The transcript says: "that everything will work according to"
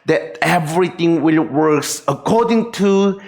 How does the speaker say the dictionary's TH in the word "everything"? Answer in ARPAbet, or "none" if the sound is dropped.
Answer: T